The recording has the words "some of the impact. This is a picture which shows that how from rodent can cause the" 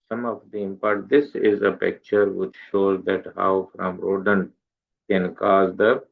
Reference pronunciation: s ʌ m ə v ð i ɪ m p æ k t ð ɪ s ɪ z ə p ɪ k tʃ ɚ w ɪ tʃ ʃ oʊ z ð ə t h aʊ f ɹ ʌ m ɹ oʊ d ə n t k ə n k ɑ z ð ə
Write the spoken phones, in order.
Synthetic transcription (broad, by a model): s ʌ m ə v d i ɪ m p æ t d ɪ s ɪ z ə p ɪ k tʃ ɚ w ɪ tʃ ʃ oʊ z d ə t h aʊ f ɹ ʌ m ɹ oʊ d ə n k ə n k ɑ z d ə